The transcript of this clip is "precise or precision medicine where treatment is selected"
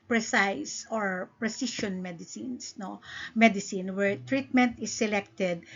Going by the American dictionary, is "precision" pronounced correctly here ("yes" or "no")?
no